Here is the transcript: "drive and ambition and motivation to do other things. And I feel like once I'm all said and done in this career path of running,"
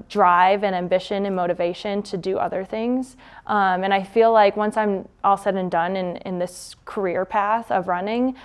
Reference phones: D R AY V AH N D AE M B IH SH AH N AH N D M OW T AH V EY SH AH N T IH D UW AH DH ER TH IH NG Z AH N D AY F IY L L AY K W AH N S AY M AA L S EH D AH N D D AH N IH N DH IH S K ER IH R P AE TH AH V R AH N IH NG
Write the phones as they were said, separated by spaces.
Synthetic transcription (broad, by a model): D R AY V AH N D AE M B IH SH AH N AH N M OW T AH V EY SH AH N T IH D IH AH DH ER TH IH NG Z AH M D AY F IY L L AY K W AH N S AY M AA L S EH D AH N D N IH N IH N DH IH S K ER IH R P AE TH AH V R AH N IH NG